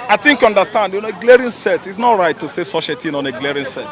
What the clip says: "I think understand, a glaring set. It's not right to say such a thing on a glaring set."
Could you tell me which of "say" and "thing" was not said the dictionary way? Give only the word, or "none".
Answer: thing